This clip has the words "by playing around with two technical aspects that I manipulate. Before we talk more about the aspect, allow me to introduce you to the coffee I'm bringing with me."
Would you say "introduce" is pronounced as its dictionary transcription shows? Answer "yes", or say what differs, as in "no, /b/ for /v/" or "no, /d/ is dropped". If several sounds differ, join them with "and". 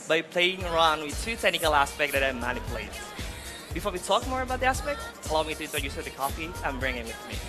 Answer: no, /n/ is dropped and /ɹ/ is dropped